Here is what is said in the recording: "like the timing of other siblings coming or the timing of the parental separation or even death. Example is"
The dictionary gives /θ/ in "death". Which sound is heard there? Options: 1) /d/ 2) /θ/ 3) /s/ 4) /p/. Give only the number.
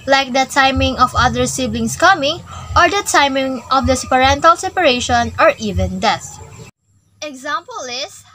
3